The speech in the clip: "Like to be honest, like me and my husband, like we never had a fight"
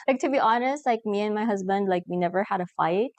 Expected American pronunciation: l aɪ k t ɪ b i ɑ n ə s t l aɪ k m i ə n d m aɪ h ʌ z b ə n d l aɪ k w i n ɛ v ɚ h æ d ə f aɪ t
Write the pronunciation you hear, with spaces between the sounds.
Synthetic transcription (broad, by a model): l aɪ k t ɪ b i ɑ n ə s t l aɪ k m i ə n m aɪ h ʌ z b ə n d l aɪ k w i n ɛ v ɚ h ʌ d ə f aɪ t